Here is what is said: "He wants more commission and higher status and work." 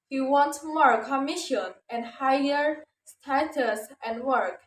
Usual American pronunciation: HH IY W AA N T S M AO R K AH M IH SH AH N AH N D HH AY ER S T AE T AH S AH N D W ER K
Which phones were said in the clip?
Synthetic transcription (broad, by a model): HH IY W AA N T M AO R K AH M IH SH AH N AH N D HH AY ER S T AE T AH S AH N D W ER K